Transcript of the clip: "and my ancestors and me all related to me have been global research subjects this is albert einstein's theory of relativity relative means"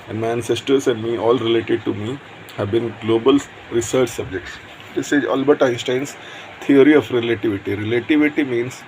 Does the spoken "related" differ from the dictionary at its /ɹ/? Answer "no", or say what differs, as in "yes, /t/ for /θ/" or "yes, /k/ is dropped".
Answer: no